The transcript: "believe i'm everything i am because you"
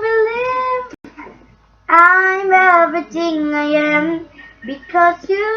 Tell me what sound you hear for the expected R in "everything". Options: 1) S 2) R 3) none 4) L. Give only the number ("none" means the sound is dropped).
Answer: 3